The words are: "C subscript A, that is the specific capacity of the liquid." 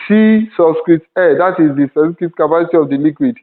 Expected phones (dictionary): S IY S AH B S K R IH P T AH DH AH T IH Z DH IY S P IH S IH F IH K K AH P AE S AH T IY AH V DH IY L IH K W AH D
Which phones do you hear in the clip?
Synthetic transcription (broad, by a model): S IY S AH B S K R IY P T AH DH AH T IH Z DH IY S IH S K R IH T K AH P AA S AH T IY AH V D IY L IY K W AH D